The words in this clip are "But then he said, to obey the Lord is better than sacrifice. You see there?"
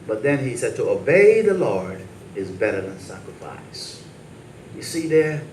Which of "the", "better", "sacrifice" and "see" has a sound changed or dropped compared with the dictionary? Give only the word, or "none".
none